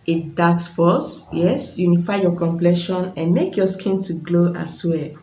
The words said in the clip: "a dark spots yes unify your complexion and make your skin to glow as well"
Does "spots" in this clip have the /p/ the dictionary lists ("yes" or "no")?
no